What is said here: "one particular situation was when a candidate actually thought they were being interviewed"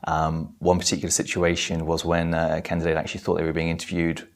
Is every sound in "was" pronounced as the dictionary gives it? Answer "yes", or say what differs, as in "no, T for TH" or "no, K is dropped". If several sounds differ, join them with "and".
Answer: yes